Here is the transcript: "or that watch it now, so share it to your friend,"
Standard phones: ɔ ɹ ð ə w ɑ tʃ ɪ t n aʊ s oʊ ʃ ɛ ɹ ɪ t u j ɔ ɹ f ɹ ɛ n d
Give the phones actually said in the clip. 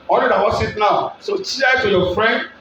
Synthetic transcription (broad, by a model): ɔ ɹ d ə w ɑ s ɪ t n aʊ s oʊ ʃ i ɪ t u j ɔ f ɹ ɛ n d